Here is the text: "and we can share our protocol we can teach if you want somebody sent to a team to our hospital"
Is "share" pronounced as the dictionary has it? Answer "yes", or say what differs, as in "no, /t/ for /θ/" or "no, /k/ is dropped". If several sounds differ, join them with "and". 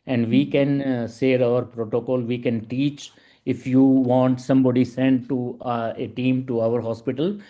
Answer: no, /s/ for /ʃ/